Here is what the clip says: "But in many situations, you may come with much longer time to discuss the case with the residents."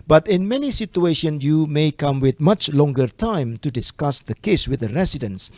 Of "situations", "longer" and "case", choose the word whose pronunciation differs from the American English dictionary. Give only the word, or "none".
situations